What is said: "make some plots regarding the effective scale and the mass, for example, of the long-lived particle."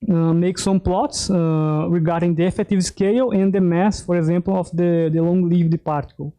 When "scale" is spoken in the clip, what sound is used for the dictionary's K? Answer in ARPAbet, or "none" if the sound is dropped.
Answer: K